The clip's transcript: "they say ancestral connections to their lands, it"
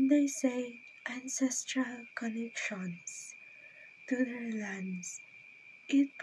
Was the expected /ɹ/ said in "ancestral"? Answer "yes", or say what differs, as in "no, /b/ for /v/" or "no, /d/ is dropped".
yes